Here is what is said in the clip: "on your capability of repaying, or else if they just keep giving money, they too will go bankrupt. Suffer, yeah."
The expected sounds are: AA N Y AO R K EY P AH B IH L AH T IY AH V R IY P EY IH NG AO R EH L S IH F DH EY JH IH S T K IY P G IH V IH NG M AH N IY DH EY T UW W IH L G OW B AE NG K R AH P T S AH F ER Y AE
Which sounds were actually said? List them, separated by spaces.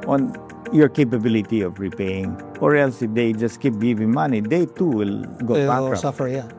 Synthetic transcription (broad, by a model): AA N Y AO R K EY P AH B IH L AH T IY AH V R IY P EY IH NG AO R EH L S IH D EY JH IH S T K IY P G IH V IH NG M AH N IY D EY T UW W IH L G OW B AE K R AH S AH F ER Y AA